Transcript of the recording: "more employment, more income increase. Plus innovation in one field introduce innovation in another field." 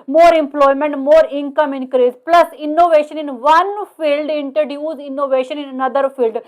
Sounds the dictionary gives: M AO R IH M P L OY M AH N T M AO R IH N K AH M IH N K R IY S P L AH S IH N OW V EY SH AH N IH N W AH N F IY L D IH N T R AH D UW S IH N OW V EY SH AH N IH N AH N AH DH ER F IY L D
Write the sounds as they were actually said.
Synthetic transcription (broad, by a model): M AO R IH M P L OY M AH N T M AO R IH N K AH M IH N K R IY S P L AH S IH N OW V EY SH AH N IH N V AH N F IY L D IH N T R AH D UW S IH N OW V EY SH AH N IH N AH N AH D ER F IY L D